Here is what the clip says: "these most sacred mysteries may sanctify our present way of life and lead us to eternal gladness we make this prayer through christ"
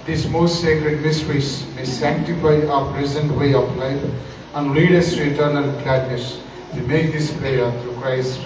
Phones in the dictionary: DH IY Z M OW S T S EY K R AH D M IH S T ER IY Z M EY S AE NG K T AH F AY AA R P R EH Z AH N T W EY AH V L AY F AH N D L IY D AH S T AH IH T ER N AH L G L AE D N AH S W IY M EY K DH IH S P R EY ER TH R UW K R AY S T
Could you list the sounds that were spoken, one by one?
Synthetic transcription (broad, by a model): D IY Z M OW S T S EY K R AH D M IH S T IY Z M EY S AE NG K T AH F AY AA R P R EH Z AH N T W EY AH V L AY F AH N D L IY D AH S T IH T ER N AH L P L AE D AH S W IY M EY K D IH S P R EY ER T R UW K R AY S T